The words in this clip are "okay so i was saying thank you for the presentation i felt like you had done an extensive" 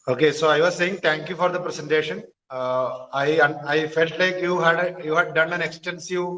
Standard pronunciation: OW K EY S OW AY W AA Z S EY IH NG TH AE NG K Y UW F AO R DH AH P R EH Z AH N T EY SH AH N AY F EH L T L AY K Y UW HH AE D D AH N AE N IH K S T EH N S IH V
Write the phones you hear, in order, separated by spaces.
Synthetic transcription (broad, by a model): OW K EY S OW AY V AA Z S EY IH NG T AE NG K Y UW F AO R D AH P R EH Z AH N T EY SH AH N AY F EH L T L AY K Y UW HH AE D D AH N AE N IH K S T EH N S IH